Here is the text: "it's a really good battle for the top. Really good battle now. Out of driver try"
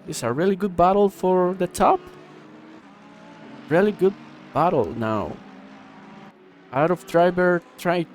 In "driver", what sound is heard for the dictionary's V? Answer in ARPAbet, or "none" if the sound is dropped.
B